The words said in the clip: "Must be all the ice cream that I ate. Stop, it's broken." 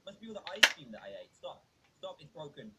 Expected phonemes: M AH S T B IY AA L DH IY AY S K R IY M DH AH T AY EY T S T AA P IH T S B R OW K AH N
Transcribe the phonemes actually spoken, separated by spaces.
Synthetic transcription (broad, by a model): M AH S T B IY AA L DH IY AY S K IY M DH AH T AY EY T S T AA P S T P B R OW K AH N